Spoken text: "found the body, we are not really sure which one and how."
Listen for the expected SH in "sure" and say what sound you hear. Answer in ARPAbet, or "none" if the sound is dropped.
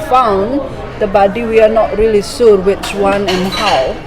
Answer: S